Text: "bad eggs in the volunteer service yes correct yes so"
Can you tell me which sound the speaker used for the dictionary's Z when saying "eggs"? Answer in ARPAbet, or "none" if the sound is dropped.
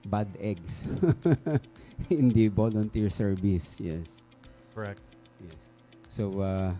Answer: S